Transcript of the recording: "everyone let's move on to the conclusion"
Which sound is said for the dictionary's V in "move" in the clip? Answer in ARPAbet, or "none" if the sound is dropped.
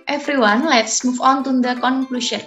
F